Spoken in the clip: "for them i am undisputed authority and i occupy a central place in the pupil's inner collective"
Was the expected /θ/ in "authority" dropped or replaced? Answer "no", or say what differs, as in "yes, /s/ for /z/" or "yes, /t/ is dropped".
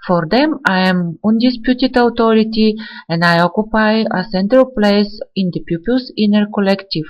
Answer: yes, /t/ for /θ/